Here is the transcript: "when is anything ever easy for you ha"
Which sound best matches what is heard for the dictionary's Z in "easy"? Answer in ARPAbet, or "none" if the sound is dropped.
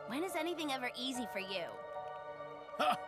Z